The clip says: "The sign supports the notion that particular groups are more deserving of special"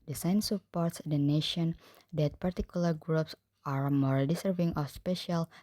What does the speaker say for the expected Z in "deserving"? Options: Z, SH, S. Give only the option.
S